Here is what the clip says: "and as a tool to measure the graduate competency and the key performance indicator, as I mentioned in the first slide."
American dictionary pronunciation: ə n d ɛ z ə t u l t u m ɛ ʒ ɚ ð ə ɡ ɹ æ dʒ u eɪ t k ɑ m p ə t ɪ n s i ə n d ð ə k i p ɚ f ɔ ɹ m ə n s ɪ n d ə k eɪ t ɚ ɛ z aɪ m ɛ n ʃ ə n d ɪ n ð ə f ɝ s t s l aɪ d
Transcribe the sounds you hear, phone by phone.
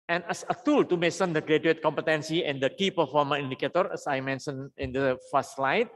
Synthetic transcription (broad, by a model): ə n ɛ s ə t u l t u m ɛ s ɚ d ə ɡ ɹ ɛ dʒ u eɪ t k ɑ m p ə t ɪ n s i ə n d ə k i p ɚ f ɔ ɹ m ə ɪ n d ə k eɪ t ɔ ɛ s aɪ m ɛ n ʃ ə n ɪ n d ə f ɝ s s l aɪ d